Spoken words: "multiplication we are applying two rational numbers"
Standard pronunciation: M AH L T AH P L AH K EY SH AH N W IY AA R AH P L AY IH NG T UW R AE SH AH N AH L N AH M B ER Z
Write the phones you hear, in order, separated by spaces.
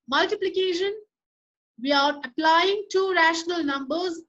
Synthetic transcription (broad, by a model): M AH L T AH P L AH K EY SH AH N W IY AA R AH P L AY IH NG T UW R AE SH AH N AH L N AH M B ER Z